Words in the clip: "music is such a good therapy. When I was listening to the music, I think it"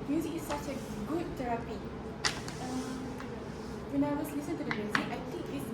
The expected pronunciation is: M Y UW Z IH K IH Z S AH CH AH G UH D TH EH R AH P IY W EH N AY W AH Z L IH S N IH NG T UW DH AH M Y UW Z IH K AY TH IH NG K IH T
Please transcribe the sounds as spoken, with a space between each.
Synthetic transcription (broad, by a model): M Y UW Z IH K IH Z S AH CH AH G UH D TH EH R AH P IY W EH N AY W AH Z L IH S IH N T UW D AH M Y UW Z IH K AY T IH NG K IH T